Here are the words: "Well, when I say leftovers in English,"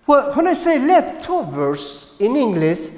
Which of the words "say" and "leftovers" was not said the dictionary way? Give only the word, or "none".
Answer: leftovers